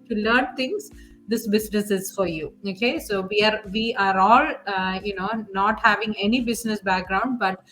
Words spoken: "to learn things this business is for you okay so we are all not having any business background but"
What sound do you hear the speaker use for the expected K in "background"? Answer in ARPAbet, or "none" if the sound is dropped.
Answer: K